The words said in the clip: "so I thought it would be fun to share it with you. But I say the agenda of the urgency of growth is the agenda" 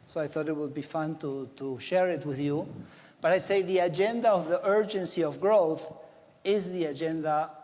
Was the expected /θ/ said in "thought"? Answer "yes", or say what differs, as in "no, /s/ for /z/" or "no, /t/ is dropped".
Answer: yes